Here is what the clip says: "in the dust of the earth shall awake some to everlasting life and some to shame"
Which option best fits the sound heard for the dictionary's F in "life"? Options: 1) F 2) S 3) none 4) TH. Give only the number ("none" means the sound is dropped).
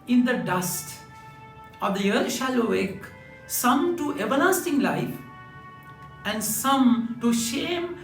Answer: 1